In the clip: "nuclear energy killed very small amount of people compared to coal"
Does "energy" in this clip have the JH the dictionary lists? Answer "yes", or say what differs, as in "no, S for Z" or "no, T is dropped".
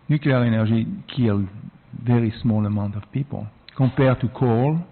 no, ZH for JH